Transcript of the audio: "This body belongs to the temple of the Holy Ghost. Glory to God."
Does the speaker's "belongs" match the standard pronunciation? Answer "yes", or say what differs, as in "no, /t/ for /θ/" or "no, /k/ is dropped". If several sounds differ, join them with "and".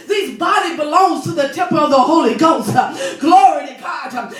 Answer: yes